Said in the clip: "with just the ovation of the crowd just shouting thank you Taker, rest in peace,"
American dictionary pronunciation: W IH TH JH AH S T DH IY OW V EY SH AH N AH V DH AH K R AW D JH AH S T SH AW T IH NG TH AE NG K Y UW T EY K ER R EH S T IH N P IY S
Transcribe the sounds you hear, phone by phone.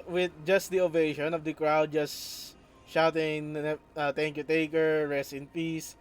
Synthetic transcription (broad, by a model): W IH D JH AH S T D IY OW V EY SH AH N AH V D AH K R AW D JH AH S T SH AW T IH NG T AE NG K Y UW T EY K ER R EH S T IH N P IY S